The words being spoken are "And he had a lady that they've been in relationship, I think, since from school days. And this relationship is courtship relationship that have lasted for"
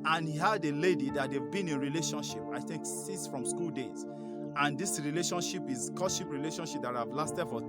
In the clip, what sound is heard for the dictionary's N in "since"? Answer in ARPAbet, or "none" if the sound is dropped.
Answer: none